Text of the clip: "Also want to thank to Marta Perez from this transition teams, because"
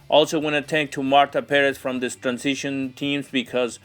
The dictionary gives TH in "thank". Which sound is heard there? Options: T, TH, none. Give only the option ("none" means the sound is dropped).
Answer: T